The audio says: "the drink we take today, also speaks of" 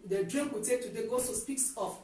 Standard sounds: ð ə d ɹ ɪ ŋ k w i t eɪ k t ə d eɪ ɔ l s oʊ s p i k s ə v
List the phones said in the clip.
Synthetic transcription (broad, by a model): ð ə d ɹ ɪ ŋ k w i t eɪ k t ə d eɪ ɔ s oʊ s p i k s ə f